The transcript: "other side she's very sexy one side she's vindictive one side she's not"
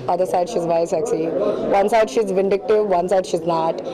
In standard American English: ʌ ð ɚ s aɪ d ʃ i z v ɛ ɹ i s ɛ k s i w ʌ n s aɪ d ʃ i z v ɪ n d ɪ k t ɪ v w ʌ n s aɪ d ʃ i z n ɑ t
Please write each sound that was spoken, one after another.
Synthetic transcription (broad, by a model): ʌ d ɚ s aɪ d ʃ i z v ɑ i s ɛ k s i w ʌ n s aɪ d ʃ i z v ɪ n d ɪ k t ɪ v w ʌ n s aɪ d ʃ i z n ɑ t